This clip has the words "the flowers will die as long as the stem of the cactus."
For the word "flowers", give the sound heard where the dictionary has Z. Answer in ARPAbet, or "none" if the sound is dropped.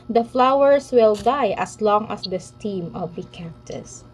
S